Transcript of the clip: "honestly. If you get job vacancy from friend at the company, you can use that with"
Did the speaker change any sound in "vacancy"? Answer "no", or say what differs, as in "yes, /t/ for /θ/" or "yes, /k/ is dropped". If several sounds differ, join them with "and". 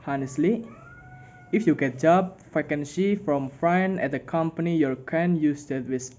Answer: yes, /f/ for /v/